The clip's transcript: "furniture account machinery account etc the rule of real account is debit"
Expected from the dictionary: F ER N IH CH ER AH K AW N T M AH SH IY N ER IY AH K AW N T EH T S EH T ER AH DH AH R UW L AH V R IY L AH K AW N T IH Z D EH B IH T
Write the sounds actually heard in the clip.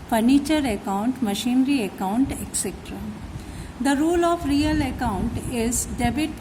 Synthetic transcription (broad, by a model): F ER N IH CH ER AH K AW N T M AH SH IY N ER IY AH K AW N T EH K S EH T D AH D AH R UW L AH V R IY L AH K AW N T IH Z D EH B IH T